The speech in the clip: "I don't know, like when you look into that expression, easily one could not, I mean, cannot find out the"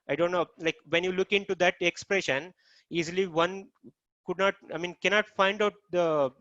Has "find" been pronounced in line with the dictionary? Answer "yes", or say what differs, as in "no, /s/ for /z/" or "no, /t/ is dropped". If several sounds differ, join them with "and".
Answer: yes